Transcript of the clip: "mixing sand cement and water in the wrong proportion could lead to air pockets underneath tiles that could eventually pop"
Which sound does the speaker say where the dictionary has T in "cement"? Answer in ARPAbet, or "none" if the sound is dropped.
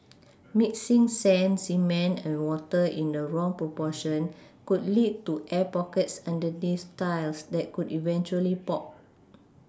none